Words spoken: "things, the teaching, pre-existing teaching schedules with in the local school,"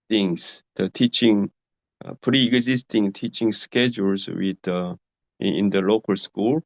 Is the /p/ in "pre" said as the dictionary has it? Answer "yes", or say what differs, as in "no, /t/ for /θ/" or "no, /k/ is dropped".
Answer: yes